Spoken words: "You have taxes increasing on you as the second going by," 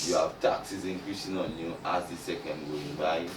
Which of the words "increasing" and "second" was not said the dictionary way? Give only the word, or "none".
increasing